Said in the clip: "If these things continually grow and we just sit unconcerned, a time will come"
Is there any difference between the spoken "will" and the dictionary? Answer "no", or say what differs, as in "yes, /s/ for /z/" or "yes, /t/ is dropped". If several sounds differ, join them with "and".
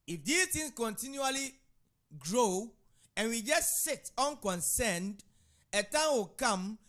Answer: no